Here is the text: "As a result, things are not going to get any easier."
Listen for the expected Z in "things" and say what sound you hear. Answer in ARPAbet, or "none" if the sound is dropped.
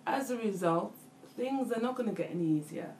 Z